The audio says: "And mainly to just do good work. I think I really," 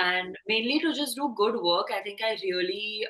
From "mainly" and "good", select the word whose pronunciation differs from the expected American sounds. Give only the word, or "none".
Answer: none